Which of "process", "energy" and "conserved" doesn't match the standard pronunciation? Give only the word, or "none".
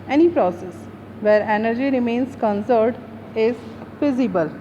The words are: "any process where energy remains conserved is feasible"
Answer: conserved